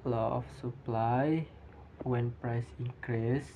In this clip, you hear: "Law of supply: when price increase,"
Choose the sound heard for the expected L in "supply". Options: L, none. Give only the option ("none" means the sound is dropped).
L